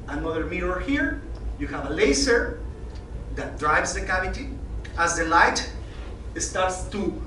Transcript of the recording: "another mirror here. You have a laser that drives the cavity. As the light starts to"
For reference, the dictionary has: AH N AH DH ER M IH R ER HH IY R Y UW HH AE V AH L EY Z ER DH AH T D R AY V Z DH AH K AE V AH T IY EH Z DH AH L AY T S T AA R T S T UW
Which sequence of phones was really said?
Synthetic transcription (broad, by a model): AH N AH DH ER M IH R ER HH IY R Y UW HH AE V AH L EY S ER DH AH T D R AY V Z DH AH K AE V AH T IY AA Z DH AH L AY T S T AA R T S T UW